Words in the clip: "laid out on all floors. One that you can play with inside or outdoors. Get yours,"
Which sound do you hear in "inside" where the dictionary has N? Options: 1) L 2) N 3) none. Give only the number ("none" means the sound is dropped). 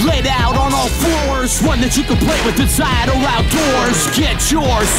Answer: 3